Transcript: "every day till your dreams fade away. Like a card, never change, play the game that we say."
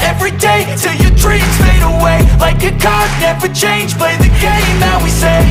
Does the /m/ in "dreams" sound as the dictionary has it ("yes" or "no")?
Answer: no